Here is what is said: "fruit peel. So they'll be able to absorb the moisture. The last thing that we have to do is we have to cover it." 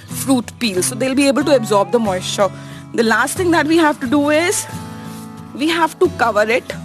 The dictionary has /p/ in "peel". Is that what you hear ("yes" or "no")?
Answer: yes